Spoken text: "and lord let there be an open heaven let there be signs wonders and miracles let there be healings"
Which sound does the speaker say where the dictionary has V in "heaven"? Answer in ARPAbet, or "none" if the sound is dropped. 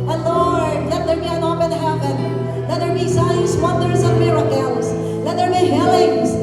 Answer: P